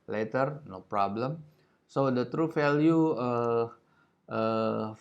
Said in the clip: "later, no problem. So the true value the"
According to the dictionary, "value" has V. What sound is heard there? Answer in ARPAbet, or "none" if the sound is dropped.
F